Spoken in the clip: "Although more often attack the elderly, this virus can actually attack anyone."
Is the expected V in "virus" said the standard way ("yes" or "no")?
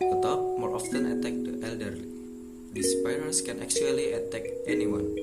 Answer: no